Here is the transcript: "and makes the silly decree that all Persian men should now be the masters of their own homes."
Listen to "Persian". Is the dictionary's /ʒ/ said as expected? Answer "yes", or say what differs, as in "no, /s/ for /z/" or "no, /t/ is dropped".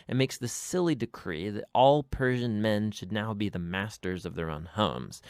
yes